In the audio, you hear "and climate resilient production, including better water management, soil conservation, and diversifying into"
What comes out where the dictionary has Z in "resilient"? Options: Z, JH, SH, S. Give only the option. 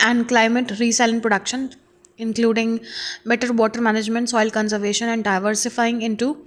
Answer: S